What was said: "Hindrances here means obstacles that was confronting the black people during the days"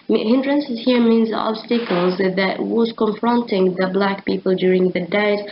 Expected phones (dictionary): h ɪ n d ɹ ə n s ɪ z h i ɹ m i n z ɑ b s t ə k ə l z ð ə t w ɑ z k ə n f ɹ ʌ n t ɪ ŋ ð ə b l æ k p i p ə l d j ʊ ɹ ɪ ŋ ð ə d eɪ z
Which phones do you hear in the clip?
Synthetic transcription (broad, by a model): h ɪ n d ɹ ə n s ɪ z h i ɹ m i n z ɑ b s t ə k ə l z ð ə t w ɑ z k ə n f ɹ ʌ n t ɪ ŋ ð ə b l æ k p i p ə l d j ʊ ɹ ɪ ŋ ð ə d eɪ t